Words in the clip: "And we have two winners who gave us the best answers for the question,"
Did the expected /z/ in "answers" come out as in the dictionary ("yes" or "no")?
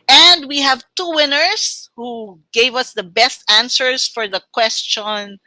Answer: no